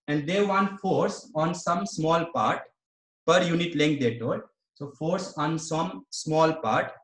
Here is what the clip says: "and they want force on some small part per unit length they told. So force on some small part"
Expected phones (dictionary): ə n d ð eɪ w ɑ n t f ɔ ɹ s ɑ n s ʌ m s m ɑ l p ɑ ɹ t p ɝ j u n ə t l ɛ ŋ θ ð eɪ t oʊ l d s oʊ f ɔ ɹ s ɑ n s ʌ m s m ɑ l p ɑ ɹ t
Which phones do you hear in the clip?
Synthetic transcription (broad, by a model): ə n d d eɪ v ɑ n f ɔ ɹ s ɑ n s ʌ m s m ɑ l p ɑ ɹ t p ɝ j u n ə t l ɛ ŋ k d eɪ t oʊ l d s oʊ f ɔ ɹ s ɑ n s ʌ m s m ɑ l p ɑ ɹ t